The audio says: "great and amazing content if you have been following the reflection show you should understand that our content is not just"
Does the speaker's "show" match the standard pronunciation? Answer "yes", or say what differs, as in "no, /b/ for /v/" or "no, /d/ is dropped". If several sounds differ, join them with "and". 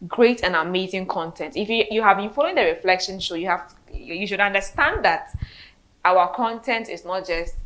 no, /s/ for /ʃ/